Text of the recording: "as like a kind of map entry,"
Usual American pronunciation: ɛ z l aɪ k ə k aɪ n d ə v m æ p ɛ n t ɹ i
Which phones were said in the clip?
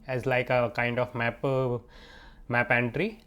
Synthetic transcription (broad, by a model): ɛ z l aɪ k ə k aɪ n d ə p m æ p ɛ n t ɹ i